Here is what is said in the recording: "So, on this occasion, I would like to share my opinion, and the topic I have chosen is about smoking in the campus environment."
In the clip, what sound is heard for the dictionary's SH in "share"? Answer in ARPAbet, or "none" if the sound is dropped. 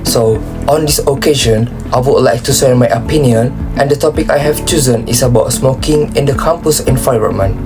S